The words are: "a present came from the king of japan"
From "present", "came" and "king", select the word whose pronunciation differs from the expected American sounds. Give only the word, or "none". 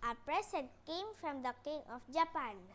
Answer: present